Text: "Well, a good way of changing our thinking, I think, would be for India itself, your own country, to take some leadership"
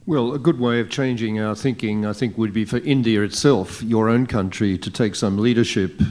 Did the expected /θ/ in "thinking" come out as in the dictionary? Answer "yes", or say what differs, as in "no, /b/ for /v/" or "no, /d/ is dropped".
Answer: yes